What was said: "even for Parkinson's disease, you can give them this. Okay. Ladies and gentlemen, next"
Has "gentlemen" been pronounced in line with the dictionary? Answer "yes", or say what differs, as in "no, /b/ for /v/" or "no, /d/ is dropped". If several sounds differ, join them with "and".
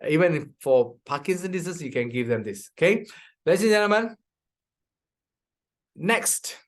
no, /l/ is dropped